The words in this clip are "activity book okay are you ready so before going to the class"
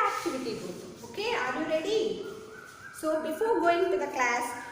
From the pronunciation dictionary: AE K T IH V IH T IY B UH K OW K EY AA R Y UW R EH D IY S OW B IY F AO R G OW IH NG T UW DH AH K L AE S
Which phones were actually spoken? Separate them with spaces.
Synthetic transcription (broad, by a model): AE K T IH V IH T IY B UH OW K EY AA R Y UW R EH D IY S OW B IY F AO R G OW IH NG T UW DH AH K L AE S